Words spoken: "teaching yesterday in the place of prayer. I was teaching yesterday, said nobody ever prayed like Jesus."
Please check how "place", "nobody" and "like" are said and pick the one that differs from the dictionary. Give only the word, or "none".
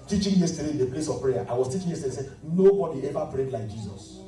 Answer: none